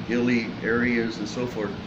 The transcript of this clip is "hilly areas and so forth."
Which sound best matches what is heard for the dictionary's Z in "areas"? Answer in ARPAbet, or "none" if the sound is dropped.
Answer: Z